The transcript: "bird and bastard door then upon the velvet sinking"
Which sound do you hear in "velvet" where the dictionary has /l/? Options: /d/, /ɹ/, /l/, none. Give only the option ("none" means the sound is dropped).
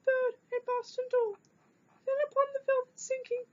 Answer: /l/